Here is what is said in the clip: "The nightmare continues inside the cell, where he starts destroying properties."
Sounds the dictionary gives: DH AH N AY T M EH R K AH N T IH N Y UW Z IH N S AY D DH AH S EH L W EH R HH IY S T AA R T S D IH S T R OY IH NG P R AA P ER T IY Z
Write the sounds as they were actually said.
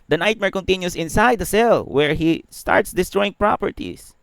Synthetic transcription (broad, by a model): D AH N AY T M EH R K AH N T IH N Y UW S IH N S AY D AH S EH L W EH R HH IY S T AA R T S D IH S T R OY IH NG P R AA P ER T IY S